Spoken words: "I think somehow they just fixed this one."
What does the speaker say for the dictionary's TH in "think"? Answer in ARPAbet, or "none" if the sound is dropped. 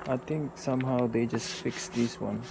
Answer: T